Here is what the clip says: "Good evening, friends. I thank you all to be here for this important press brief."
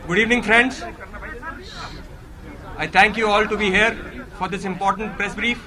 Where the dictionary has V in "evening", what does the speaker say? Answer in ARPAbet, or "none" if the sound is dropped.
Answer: V